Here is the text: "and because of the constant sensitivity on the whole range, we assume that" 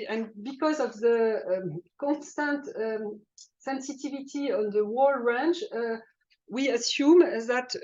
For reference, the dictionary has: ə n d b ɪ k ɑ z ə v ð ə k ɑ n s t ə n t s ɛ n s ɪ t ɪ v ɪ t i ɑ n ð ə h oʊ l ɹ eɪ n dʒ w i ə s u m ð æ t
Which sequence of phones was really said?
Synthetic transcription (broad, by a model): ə n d b ɪ k ɑ z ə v ð ə k ɑ n s t ə n t s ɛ n s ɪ t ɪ v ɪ t i ɑ n ð ə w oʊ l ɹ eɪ n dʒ w i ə s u m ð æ t